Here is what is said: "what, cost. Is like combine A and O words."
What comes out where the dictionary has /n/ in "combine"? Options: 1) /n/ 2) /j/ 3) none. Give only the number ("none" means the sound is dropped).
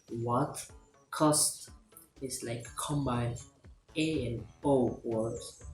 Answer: 3